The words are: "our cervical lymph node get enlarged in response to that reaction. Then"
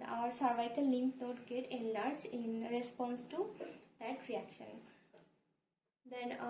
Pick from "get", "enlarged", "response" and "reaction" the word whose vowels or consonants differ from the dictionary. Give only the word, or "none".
enlarged